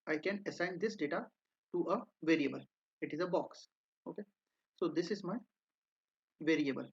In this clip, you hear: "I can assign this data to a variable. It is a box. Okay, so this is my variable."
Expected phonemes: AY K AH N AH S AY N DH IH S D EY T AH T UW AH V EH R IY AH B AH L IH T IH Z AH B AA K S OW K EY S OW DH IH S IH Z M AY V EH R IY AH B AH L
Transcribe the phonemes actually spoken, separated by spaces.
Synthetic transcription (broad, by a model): AY K AH N AH S AY N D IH S D EY T AH T UW AH V EH R IY AH B AH L IH T IH Z AH B AA K S OW K EY S OW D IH S IH Z M AY V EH R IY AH B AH L